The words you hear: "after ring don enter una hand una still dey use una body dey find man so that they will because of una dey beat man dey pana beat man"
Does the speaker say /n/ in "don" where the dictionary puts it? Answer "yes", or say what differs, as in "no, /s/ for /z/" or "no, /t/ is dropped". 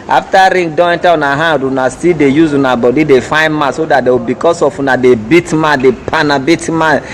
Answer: no, /n/ is dropped